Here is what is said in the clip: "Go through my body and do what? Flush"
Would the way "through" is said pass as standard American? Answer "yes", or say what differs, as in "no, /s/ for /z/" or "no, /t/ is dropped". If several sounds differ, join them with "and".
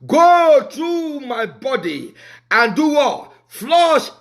no, /t/ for /θ/